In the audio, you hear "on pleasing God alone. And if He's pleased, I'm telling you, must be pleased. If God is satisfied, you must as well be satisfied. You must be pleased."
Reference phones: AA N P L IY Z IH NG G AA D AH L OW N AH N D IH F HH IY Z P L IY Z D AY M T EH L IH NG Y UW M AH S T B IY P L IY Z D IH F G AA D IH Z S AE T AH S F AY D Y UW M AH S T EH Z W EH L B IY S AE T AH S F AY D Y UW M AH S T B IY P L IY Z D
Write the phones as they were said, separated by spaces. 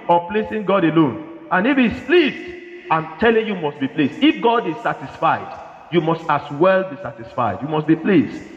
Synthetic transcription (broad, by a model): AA P L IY S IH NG G AA D AH L OW N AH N IH F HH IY S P L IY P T AY M T EH L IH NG Y UW M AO S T B IY P L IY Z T IH F G AA D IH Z S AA T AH S F AY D Y UW M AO S T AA S W EH L B IY S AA T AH S F AY D Y UW M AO S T B IY P L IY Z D